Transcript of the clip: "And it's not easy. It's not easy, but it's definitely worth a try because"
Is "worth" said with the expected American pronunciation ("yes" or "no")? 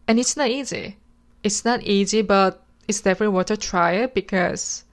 no